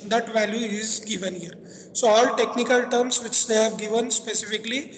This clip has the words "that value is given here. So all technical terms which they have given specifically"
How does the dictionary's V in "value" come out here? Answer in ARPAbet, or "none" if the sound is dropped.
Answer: V